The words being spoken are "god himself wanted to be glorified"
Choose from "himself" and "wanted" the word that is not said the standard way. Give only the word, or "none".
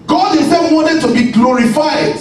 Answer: himself